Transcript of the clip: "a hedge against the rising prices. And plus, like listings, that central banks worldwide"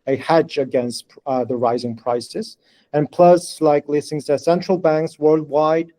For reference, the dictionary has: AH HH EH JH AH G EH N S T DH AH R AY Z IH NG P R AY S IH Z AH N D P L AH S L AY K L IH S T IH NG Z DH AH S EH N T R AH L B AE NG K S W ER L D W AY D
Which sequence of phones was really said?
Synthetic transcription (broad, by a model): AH HH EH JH AH G EH N S T DH AH R AY Z IH NG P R AY S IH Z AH N P L AH S L AY K L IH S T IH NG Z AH S EH N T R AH L B AE NG K S W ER L D W AY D